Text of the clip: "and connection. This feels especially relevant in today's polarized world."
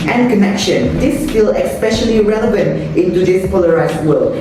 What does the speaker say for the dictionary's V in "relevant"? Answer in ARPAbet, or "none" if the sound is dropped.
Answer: V